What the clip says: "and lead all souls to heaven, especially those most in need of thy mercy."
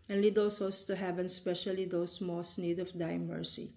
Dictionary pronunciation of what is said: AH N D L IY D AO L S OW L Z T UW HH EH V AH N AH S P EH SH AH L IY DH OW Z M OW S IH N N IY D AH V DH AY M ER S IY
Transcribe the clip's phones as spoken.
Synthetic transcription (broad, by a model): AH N L IY D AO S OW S T UW HH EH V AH N S P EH SH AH L IY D OW S M OW S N N IY D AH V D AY M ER S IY